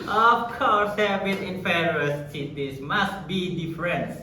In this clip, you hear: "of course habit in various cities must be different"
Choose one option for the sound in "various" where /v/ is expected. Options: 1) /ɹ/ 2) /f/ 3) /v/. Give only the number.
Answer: 2